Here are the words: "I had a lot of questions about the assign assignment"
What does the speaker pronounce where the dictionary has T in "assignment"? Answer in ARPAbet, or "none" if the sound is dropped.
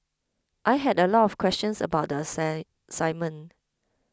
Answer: none